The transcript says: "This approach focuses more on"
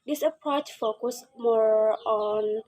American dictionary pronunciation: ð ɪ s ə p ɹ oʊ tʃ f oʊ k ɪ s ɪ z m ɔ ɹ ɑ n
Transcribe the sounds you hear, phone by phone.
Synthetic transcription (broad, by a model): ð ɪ s ə p ɹ oʊ tʃ f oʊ k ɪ s m ɔ ɹ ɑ n